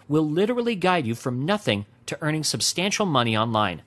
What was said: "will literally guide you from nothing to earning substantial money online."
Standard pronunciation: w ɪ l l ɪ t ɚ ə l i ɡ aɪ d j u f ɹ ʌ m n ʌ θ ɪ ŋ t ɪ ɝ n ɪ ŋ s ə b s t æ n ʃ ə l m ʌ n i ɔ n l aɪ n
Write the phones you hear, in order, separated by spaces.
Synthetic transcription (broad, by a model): w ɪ l l ɪ t ɚ l i ɡ aɪ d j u f ɹ ʌ m n ʌ θ ɪ ŋ t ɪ ɝ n ɪ ŋ s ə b s t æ n ʃ l m ʌ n i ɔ n l aɪ n